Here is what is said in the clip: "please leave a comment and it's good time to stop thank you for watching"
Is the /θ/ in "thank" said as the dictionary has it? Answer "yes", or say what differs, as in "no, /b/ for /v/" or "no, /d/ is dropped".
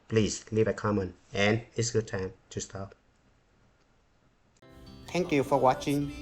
no, /t/ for /θ/